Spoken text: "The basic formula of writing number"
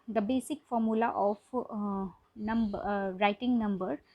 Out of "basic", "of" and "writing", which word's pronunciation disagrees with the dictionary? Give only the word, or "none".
of